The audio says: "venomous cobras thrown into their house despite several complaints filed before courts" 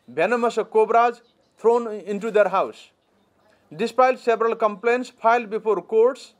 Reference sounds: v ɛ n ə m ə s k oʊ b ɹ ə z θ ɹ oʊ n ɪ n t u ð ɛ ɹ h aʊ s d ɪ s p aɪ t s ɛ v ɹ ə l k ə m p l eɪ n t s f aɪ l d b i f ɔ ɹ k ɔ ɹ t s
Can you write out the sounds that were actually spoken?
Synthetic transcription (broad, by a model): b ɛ n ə m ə s k oʊ b ɹ ə z t ɹ oʊ n ɪ n t u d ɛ ɹ h aʊ s d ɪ s p aɪ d s ɛ b ɹ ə l k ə m p l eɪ n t s p aɪ l d b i p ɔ ɹ k ɔ ɹ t s